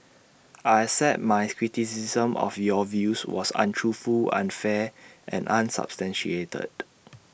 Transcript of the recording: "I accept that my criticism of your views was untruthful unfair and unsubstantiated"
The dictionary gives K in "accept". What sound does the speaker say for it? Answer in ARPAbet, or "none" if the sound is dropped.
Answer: none